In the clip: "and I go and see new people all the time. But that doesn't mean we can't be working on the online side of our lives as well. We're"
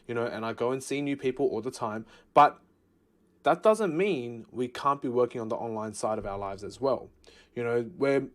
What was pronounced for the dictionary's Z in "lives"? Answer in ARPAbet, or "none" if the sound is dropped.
Z